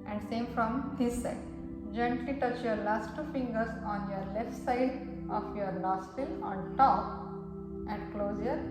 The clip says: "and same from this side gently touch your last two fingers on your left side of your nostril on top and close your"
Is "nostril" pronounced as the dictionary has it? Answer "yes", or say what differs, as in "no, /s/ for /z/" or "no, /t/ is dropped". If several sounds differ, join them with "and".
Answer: no, /l/ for /n/